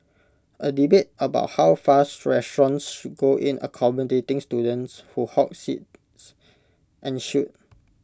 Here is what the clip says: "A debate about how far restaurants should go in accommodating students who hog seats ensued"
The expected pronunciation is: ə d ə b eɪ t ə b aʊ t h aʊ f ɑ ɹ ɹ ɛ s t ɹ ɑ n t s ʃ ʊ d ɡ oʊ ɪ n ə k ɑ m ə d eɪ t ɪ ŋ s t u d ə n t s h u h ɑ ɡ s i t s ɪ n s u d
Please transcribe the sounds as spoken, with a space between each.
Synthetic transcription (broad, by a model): ə d ə b eɪ t ə b aʊ t h aʊ f ɑ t ɹ ɛ s t ɹ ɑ n s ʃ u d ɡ oʊ ɪ n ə k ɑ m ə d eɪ t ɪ ŋ s t u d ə n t s h u h ɑ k s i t s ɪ n ʃ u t